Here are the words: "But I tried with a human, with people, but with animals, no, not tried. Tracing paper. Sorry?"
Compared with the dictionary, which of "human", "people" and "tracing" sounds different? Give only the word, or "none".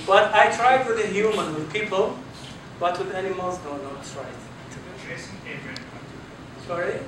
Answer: tracing